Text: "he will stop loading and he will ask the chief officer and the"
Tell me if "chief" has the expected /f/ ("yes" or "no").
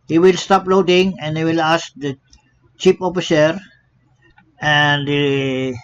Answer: no